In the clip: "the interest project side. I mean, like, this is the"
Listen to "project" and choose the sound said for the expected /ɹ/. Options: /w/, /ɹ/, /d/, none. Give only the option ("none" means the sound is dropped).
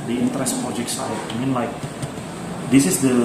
none